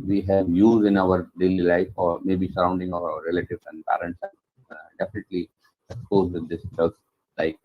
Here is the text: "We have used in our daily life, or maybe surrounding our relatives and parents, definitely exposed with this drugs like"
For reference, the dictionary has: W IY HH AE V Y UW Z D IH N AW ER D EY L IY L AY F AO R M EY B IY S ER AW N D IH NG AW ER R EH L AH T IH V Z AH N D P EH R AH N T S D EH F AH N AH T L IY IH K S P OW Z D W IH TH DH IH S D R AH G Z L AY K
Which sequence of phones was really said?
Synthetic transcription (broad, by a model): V IY HH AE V Y UW Z D IH N AW ER D EY L IY L AY F AO R M EY B IY S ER AW N D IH NG AW ER R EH L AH T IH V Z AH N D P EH R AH N T S D EH F AH N AH T L IY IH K S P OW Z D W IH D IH S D AH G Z L AY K